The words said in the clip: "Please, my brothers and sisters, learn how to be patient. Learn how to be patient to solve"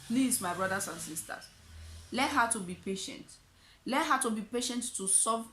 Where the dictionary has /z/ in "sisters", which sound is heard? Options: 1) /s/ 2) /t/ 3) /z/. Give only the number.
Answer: 1